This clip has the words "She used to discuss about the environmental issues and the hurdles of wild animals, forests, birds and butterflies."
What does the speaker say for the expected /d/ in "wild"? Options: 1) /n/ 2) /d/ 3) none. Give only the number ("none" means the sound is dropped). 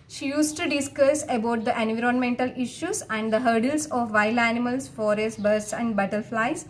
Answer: 3